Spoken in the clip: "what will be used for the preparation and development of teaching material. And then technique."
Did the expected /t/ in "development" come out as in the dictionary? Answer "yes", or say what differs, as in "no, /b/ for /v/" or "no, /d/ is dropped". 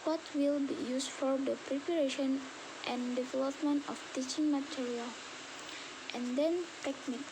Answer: yes